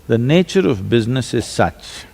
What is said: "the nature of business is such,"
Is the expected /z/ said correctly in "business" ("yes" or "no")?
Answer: yes